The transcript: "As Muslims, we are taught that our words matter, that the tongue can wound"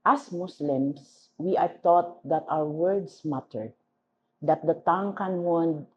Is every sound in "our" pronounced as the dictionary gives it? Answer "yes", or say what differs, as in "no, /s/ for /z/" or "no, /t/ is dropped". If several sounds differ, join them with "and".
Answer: no, /w/ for /ɹ/